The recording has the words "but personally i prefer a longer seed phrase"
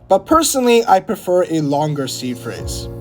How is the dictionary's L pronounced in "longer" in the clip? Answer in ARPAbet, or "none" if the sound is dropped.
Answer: L